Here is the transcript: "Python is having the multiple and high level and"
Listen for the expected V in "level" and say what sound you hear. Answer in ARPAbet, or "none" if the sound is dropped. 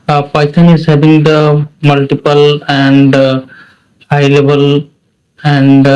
B